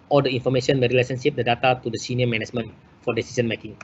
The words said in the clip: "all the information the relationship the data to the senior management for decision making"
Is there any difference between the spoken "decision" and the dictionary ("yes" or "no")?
yes